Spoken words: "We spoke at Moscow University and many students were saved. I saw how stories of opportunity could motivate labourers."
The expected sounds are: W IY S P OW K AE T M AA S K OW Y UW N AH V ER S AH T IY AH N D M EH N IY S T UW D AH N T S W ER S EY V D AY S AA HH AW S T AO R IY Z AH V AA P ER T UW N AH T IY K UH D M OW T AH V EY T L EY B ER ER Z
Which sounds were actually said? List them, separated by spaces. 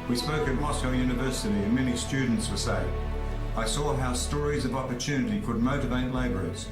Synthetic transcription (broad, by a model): W IY S P OW K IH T M AA S K OW Y UW N AH V ER S AH T IY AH N M EH N IY S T UW D N T S W ER S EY AY S AA HH AW S T AO R IY Z AH V AA P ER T UW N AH T IY K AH D M OW T AH V EY T L EY B ER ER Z